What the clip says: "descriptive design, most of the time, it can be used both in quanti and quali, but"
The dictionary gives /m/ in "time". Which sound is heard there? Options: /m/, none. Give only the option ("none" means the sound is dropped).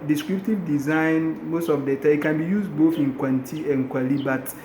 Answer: none